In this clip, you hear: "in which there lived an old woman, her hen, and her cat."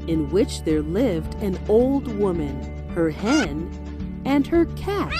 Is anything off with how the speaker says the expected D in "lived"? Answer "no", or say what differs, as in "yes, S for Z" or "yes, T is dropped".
no